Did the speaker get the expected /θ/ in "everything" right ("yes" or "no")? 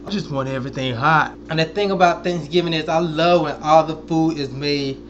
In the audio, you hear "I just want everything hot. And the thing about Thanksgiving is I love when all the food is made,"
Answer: yes